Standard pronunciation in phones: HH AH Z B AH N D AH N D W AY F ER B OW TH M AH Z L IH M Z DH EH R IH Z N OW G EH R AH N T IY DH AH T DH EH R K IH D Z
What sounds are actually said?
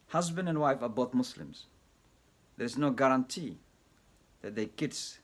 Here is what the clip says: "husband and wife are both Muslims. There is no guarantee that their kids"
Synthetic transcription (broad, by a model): HH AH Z B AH N D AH N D W AY F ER B OW TH M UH S L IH M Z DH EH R IH Z N OW G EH R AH N T IY DH AH T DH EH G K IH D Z